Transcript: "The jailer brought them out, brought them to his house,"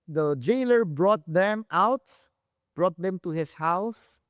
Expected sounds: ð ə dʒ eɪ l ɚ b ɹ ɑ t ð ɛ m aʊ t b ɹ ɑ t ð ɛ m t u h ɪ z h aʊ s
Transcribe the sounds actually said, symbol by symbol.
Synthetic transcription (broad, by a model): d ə dʒ eɪ l ɚ b ɹ ɑ t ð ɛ m aʊ t b ɹ ɑ t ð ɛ m t u h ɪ s h aʊ s